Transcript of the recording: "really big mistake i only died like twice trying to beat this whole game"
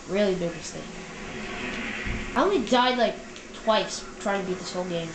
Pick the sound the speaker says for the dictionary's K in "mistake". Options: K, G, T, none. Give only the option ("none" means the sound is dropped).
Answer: none